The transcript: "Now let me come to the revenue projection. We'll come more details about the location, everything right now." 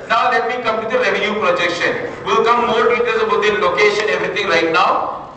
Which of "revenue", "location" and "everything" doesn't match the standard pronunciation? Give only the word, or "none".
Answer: everything